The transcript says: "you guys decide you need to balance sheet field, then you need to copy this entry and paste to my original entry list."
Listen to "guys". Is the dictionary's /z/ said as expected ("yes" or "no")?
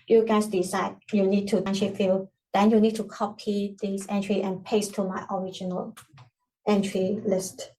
no